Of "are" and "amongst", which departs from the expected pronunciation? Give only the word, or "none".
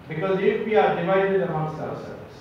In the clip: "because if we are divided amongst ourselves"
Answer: amongst